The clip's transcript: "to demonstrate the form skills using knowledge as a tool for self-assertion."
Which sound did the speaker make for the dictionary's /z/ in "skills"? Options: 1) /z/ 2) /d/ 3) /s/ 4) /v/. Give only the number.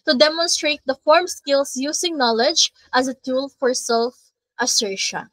3